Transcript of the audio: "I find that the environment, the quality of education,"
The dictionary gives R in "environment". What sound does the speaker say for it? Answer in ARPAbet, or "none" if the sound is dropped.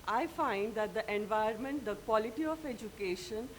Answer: none